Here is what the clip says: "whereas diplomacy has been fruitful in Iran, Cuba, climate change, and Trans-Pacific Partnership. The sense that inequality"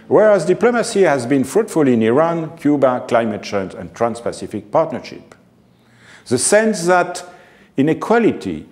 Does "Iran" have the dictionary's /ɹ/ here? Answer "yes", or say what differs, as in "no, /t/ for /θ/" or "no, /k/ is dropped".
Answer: yes